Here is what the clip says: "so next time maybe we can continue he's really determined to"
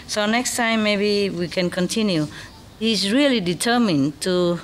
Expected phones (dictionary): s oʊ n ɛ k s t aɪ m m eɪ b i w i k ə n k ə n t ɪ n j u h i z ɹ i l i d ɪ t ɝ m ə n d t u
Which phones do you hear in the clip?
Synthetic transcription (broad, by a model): s oʊ n ɛ k s t aɪ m m eɪ b i w i k ə n k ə n t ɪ n j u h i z ɹ i l i d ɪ t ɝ m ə n t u